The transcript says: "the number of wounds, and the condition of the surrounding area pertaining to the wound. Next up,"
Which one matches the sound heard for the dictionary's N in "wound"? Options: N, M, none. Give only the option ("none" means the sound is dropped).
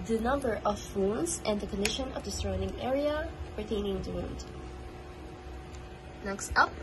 N